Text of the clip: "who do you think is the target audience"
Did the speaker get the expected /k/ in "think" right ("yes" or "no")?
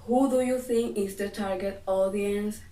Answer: no